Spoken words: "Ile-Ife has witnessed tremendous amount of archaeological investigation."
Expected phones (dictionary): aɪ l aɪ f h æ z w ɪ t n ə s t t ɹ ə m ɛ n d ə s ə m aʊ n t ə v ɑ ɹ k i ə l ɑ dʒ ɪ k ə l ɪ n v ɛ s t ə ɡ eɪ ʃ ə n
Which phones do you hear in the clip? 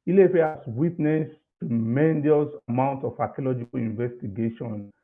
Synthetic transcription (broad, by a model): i l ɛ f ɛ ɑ s w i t n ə s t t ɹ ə m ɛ n d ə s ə m aʊ n t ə f ɑ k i l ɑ dʒ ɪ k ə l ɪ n v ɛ s t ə ɡ eɪ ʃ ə n